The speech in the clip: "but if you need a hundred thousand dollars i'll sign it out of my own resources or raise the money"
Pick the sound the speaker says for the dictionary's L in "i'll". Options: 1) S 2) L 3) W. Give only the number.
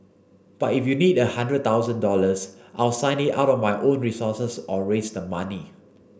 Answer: 2